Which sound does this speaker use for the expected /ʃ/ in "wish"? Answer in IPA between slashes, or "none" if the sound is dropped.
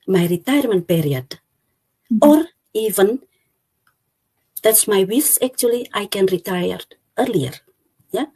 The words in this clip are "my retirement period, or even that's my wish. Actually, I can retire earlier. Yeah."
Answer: /s/